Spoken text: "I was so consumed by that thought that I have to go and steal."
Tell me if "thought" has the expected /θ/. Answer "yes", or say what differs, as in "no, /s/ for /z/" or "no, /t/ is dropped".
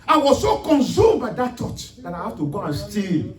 no, /t/ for /θ/